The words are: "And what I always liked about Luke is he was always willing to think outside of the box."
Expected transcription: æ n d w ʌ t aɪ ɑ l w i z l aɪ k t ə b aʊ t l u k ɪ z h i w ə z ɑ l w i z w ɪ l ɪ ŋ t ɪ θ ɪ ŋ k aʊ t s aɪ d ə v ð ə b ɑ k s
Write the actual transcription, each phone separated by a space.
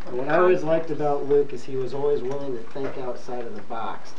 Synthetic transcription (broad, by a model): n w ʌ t aɪ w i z l aɪ k t ə b aʊ t l u k ɪ z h i w ə z ɑ l w i z w ɪ l ɪ ŋ t ɪ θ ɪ k aʊ t s aɪ d ə v ð ə b ɑ k s